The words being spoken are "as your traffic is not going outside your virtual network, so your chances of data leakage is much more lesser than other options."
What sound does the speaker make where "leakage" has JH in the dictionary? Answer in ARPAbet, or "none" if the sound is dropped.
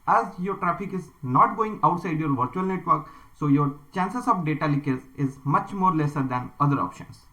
Z